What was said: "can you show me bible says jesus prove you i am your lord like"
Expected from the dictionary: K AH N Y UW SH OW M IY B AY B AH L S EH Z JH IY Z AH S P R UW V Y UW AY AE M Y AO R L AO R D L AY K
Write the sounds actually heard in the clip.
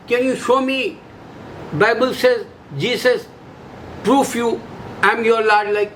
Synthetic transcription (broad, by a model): K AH N Y UW SH OW M IY B AY B AH L S EH Z JH IY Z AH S P R UW F Y UW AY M Y AO R L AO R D L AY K